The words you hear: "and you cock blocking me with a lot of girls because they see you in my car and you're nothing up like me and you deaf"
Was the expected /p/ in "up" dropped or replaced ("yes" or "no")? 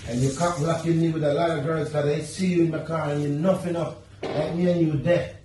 yes